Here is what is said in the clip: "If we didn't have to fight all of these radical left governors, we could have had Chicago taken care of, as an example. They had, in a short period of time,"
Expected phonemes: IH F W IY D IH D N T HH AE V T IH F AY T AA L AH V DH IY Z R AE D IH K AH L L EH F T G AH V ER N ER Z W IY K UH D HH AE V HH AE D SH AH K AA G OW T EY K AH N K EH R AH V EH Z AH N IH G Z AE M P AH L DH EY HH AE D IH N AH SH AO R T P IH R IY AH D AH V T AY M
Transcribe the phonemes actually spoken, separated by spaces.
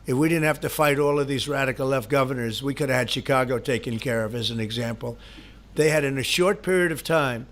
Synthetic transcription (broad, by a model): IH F W IY D IH D N T HH AE F T IH F AY T AA L AH V DH IY Z R AE D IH K L L EH F T G AH V ER N ER Z W IY K UH D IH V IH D SH AH K AA G OW T EY K AH N K EH R AH V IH Z AH N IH G Z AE M P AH L DH EY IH D IH N AH SH AO R T P IH R IY AH D AH V T AY M